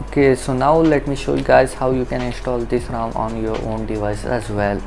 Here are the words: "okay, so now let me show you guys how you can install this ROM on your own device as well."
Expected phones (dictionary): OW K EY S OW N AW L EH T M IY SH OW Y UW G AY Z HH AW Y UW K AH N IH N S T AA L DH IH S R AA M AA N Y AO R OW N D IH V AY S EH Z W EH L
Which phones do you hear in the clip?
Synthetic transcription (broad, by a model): OW K EY S OW N AW L EH T M IY SH OW Y UW G AY Z HH AW Y UW K AH N IH N S T AA L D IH S R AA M AA N Y AO R OW N D IH V AY S EH Z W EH L